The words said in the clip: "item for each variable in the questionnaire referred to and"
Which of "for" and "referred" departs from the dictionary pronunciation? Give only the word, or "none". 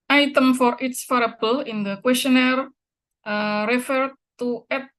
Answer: none